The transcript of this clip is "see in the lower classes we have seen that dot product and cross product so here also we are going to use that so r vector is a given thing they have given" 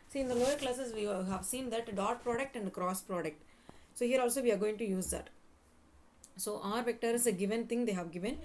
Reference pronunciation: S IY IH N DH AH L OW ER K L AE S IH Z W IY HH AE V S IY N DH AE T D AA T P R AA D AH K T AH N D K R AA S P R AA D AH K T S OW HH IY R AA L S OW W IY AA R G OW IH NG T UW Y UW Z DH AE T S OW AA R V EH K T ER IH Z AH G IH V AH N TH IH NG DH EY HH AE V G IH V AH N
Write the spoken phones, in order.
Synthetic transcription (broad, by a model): S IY IH N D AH L OW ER K L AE S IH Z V IY HH AE V S IY N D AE T D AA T P R AA D AH K T AH N D K R AA S P R AA D AH K T S OW HH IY R AA L S OW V IY AA R G OW IH NG T UW Y UW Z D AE T S OW AA R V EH K T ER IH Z AH G IH V AH N T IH NG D EY HH AE V G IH V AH N